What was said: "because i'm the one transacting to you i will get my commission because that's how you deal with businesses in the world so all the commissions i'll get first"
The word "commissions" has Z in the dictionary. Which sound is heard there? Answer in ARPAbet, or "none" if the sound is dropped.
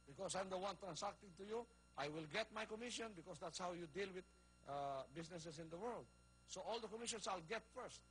S